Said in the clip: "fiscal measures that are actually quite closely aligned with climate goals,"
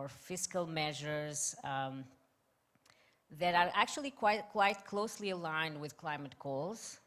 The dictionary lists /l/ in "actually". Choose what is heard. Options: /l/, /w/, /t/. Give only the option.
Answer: /w/